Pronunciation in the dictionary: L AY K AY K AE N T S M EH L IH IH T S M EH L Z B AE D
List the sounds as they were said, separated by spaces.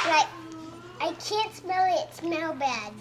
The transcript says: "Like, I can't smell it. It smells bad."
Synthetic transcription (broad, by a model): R AY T AY K AE N T S M EH L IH IH T S M EH L B AE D